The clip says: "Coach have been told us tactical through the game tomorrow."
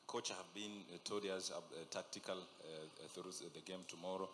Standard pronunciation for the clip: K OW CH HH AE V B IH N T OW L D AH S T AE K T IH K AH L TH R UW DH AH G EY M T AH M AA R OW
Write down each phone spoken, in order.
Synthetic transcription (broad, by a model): K OW CH HH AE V B IH N T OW D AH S T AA K T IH K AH L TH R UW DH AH G EY M T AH M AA R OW